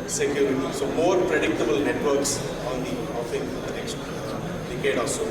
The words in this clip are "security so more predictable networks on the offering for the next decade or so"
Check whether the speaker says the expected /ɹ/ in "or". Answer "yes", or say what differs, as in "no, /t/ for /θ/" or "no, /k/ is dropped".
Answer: no, /l/ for /ɹ/